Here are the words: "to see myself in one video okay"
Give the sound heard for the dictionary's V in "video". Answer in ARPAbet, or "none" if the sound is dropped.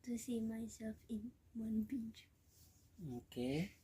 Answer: B